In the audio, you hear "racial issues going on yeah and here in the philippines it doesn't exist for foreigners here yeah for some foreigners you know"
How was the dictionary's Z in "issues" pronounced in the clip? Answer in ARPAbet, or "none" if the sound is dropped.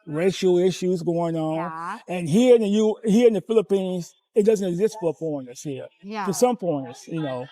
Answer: Z